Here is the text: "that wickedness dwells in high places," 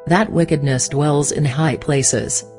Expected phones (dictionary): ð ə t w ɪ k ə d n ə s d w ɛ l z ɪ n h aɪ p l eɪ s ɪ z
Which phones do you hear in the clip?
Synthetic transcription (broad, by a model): ð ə t w ɪ k ə d n ə s d w ɛ l z ɪ n h aɪ p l eɪ s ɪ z